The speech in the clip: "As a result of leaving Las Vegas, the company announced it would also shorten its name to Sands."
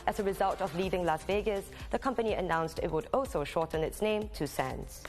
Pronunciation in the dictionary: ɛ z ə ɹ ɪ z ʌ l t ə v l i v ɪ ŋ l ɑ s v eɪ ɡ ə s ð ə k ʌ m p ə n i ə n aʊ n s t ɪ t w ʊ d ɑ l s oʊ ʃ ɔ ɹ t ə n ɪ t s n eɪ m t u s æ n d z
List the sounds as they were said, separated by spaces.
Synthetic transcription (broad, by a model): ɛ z ə ɹ ɪ z ʌ l t ə v l i v ɪ ŋ l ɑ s v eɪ ɡ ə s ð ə k ʌ m p ə n i ə n aʊ n s t ɪ t w ʊ d ɑ l s oʊ ʃ ɔ t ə n ɪ t s n eɪ m t u s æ n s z